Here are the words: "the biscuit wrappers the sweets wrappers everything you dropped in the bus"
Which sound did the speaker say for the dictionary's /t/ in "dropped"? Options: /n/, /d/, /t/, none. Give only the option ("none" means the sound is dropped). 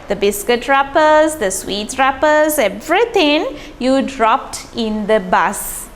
/t/